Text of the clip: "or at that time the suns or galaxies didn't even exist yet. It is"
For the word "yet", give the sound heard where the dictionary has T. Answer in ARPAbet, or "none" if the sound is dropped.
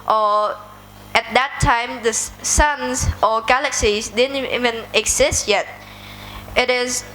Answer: T